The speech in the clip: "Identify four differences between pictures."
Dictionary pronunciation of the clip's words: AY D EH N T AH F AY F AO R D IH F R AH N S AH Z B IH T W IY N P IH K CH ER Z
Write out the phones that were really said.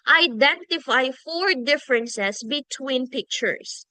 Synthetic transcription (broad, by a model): AY D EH N T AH F AY F AO R D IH F R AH N S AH S B IH T W IY N P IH K CH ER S